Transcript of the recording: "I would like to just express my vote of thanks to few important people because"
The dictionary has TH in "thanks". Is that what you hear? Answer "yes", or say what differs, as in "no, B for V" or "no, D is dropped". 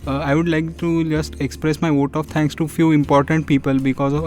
no, T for TH